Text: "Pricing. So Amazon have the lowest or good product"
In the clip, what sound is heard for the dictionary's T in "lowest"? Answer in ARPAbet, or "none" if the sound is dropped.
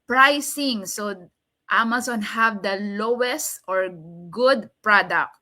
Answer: T